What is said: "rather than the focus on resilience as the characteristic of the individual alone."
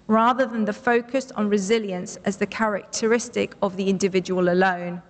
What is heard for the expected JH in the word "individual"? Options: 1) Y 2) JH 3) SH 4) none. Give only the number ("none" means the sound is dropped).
2